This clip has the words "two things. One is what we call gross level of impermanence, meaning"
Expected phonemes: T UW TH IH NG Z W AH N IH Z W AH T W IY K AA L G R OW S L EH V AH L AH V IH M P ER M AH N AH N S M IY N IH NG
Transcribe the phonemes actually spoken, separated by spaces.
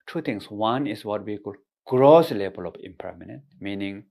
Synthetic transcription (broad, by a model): T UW T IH NG S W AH N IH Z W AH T W IY K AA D G R OW S L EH B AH L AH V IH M P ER M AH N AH N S M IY N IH NG